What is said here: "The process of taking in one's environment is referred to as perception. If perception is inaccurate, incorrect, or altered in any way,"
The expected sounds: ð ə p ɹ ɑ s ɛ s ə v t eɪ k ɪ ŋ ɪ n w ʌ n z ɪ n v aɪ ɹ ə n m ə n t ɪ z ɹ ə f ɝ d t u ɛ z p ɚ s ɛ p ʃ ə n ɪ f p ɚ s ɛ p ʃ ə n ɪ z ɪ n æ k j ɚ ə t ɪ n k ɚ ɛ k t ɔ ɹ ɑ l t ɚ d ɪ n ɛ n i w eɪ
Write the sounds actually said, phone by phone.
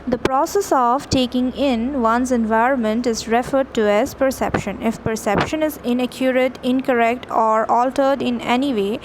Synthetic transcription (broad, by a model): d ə p ɹ ɑ s ɛ s ə v t eɪ k ɪ ŋ ɪ n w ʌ n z ɪ n v aɪ ɹ ə n m ə n t ɪ z ɹ ə f ɝ d t u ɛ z p ɚ s ɛ p ʃ ə n ɪ f p ɚ s ɛ p ʃ ə n ɪ z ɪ n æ k j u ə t ɪ n k ɚ ɛ k t ɔ ɹ ɑ l t ɚ d ɪ n ɛ n i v eɪ